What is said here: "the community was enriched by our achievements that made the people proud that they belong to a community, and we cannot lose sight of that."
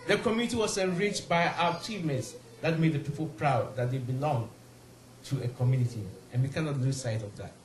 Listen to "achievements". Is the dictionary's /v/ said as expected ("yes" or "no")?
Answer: no